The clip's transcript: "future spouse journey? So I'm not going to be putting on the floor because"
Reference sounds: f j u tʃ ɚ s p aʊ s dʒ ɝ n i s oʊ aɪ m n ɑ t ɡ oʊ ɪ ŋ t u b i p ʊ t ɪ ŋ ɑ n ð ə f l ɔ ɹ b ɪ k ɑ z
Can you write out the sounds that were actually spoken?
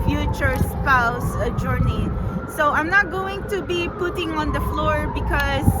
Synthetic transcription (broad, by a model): f j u tʃ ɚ s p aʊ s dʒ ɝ n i s oʊ aɪ m n ɑ t ɡ oʊ ɪ ŋ t u b i p ʊ t ɪ ŋ ɑ n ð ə f l ɔ ɹ b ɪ k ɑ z